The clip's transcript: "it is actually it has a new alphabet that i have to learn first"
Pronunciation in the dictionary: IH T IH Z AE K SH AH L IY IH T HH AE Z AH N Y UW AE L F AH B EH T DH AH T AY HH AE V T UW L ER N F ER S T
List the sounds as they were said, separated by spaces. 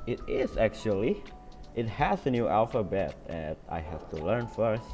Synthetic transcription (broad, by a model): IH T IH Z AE K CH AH L IY IH T HH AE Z AH N Y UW AE L F AH B EH T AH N AY HH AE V T UW L ER N F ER S T